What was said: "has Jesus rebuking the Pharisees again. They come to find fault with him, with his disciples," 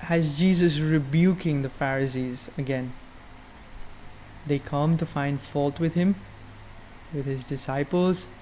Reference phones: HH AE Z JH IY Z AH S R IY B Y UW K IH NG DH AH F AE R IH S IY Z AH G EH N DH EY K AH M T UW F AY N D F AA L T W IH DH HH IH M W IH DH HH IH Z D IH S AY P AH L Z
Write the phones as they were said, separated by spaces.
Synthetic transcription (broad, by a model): HH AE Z JH IY Z AH S R IY B Y UW K IH NG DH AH F AE R IH S IY Z AH G EH N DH EY K AH M T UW F AY N D F AA L T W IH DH HH IH M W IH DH HH IH Z D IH S AY P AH L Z